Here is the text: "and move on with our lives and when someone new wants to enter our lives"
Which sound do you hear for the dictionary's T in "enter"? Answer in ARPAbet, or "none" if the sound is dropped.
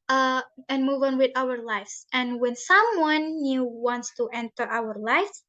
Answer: T